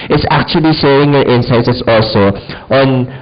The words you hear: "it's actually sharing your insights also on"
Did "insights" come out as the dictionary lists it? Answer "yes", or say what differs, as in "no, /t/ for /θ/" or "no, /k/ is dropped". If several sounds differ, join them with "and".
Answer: no, /s/ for /t/